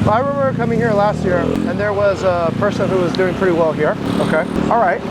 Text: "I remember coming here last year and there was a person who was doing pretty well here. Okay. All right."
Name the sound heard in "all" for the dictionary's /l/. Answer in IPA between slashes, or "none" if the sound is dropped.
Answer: /l/